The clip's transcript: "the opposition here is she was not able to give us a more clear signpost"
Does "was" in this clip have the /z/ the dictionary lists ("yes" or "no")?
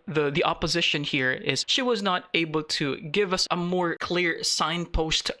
yes